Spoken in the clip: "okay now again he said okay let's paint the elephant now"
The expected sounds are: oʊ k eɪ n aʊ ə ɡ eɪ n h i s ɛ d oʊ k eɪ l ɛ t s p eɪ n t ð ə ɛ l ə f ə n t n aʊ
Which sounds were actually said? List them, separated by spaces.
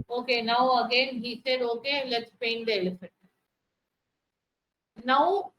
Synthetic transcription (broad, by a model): oʊ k eɪ n aʊ ə ɡ eɪ n h i s ɛ d oʊ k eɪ l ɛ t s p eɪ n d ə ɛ l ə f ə t n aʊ